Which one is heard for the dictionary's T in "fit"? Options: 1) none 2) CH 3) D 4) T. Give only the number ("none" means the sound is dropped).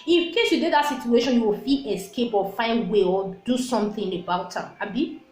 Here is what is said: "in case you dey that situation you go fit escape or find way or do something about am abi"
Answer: 1